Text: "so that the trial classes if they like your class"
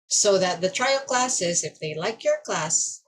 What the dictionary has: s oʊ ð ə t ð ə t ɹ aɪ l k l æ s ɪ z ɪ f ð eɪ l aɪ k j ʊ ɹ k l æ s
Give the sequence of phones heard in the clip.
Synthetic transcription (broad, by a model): s oʊ ð ə t ð ə t ɹ aɪ l k l æ s ɪ z ɪ f ð eɪ l aɪ k j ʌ ɹ k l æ s